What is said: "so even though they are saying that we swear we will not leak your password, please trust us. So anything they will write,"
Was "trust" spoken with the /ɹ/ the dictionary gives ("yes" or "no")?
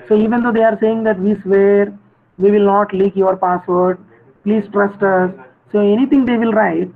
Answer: yes